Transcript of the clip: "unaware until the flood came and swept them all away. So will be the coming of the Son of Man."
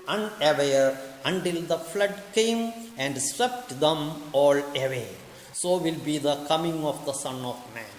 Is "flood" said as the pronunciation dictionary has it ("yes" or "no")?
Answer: yes